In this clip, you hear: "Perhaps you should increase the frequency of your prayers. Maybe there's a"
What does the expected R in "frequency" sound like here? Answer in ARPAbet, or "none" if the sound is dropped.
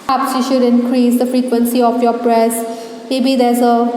R